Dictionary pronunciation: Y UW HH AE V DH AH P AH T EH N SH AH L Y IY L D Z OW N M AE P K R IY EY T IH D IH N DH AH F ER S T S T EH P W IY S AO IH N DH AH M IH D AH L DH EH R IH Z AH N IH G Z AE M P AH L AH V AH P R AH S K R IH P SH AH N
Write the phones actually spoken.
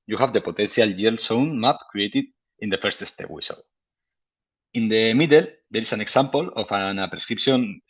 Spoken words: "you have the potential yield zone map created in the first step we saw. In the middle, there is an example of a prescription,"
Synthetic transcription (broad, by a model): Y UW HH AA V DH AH P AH T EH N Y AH L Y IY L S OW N M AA P K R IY EY T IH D IH N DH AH F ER S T S T EH P W IY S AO IH N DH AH M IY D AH L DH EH R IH S AH N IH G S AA M P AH L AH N AH P R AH S K R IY P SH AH N